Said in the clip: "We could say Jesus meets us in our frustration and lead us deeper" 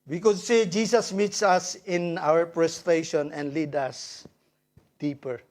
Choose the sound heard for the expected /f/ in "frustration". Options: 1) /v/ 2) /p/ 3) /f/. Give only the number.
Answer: 2